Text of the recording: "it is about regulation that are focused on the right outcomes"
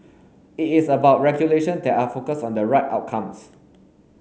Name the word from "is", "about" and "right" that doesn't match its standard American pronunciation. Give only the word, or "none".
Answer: is